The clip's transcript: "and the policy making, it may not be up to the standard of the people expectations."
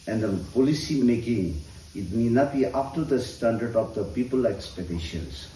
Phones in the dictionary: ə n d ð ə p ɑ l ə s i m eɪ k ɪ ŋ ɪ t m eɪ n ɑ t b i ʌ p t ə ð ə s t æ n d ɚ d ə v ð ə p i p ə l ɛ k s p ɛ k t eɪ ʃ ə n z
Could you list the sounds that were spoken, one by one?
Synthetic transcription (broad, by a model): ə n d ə p ɑ l ə s i m eɪ k ɪ ŋ ɪ t m eɪ n ɑ t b i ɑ f t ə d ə s t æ n d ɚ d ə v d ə p i p ə l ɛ k s p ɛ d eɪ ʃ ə n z